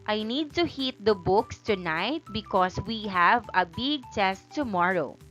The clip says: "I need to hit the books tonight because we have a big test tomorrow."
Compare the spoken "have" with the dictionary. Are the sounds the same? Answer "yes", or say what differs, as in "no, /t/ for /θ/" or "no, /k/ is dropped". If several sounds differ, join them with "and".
yes